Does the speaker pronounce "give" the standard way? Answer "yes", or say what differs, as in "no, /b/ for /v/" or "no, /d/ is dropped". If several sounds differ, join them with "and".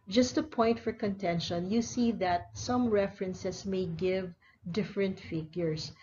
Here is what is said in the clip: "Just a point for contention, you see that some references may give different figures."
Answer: yes